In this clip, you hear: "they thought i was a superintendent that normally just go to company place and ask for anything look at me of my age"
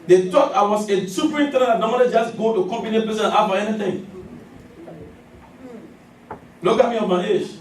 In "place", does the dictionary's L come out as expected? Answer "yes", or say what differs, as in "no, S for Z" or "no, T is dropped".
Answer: no, L is dropped